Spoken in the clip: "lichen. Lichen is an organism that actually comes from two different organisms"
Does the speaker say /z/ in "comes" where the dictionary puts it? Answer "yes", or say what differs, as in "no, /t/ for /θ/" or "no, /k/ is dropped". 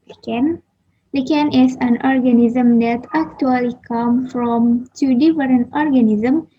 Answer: no, /z/ is dropped